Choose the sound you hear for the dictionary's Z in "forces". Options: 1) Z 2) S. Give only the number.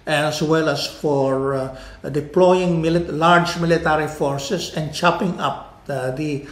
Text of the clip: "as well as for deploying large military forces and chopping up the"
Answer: 2